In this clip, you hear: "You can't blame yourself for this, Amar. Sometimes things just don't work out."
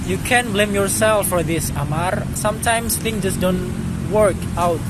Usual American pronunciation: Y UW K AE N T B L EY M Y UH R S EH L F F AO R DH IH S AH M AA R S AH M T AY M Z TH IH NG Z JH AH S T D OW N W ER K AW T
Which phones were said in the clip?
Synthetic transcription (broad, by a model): Y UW K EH N B L EY M Y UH R S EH L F F AO R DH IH S AH M AA R S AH M T AY M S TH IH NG JH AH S D OW N W ER K AW T